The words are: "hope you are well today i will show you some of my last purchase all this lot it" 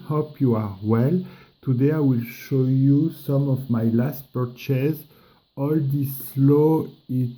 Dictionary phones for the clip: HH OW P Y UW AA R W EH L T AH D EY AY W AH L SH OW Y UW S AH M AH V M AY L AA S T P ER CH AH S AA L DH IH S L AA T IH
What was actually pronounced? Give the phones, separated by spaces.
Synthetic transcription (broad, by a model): HH OW P Y UW AA R W EH L T AH D EY AY W AH L SH OW Y UW S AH M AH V M AY L AA S T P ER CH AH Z AA L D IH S L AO IH